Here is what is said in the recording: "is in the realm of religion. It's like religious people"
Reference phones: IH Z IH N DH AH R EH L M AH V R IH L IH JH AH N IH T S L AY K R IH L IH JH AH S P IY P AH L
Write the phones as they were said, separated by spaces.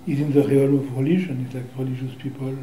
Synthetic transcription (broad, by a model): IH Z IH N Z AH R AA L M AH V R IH L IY ZH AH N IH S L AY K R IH L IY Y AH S P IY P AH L